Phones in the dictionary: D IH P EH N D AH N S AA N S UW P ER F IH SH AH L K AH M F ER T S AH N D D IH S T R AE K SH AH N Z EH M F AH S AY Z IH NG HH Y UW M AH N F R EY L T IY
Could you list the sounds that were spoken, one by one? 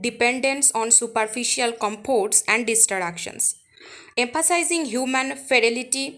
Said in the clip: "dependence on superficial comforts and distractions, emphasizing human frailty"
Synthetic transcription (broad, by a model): D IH P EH N D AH N S AA N S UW P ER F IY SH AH L K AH M P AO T S AH N D D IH S T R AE K SH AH N S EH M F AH S AY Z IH NG HH Y UW M AH N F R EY L T IY